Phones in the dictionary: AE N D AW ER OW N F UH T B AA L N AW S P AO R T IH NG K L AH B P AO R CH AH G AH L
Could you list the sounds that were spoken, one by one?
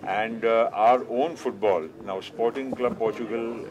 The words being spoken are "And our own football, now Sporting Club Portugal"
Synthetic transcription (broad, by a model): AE N D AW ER OW N F UH T B AA L N AW S P AO R T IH NG K L AH B P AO R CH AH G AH L